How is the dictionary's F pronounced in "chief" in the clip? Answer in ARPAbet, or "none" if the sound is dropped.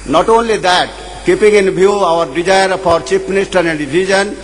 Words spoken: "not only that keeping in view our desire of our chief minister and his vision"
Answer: P